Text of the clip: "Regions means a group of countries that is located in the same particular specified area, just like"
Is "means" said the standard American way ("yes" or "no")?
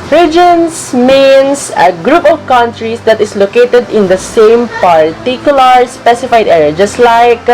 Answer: no